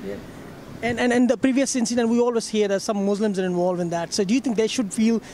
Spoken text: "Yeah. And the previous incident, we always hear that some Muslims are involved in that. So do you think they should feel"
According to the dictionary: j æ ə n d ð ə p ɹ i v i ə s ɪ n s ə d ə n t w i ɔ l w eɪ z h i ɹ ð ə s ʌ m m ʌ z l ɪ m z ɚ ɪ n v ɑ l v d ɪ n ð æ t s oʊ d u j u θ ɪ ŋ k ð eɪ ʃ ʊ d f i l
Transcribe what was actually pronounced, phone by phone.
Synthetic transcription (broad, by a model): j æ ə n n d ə p ɹ i v i ə s ɪ n s ə d ə n t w i ɔ l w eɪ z h i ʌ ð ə s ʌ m m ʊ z l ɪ m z ɚ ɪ n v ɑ l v ɪ n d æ t s oʊ d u j u t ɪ ŋ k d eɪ ʃ ʊ d f i l